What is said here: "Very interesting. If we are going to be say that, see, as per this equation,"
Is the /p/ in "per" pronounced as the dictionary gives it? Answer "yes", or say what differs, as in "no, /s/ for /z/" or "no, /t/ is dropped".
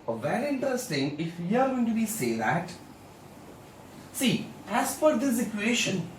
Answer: no, /f/ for /p/